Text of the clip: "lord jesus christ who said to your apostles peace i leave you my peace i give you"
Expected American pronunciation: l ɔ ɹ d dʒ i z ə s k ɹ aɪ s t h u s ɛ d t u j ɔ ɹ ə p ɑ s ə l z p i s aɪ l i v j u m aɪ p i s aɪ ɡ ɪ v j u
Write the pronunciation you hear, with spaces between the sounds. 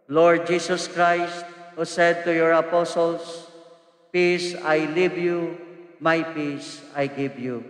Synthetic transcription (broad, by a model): l ɔ ɹ d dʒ i s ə s k ɹ aɪ s t h u s ɛ d t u j ɔ ɹ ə p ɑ s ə l s p i s aɪ l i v j u m aɪ p i s aɪ ɡ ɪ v j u